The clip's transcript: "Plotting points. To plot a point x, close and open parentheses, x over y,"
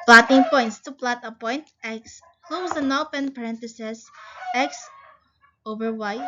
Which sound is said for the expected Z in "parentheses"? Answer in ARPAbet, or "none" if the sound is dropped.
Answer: S